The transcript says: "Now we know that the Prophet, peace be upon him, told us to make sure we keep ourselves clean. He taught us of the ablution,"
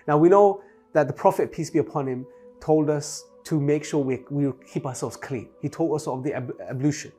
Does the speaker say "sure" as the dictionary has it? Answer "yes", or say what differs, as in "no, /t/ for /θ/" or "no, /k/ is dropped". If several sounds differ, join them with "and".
no, /w/ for /ɹ/